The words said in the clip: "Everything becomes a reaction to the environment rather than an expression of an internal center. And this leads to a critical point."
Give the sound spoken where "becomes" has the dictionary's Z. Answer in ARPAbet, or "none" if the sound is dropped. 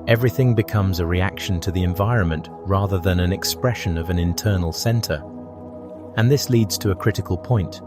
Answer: Z